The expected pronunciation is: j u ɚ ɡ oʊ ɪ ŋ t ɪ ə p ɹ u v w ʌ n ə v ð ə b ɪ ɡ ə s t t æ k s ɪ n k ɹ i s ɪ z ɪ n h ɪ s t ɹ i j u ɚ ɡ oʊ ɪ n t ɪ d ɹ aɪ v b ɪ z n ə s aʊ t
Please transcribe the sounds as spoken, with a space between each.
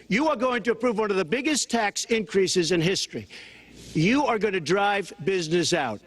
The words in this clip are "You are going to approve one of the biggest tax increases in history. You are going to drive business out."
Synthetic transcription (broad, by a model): j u ɚ ɡ oʊ ɪ ŋ t ɪ ə p ɹ u v w ʌ n ə v ð ə b ɪ ɡ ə s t t æ k s ɪ n k ɹ i s ɪ z ɪ n h ɪ s t ɹ i j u ɚ ɡ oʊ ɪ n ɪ d ɹ aɪ v b ɪ z n ə s aʊ t